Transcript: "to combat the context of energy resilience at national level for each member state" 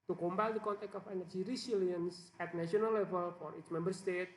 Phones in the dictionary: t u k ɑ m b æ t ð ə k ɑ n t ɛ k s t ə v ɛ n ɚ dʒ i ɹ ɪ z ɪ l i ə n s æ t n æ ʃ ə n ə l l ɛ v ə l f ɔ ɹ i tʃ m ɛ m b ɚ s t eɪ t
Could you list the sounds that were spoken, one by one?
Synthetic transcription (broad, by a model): t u k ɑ m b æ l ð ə k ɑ n t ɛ k t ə f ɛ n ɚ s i ɹ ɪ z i l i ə n s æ t n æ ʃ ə n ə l l ɛ v ə l f ɔ ɹ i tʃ m ɛ m b ɚ s t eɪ t